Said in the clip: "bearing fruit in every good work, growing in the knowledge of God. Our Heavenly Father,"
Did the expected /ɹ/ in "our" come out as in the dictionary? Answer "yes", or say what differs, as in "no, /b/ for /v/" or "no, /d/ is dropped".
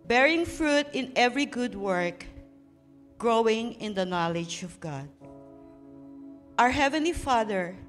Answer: yes